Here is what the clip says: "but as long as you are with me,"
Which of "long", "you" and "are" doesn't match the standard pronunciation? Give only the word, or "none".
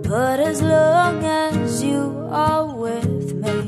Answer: are